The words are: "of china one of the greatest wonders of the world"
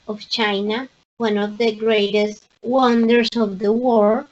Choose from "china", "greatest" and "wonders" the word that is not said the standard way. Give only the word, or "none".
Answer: wonders